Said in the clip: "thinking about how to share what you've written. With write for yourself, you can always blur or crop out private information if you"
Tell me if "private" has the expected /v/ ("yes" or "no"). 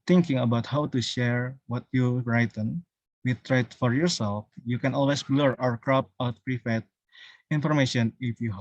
no